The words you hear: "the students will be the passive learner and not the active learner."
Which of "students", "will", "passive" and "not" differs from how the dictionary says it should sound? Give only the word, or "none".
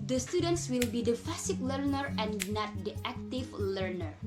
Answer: passive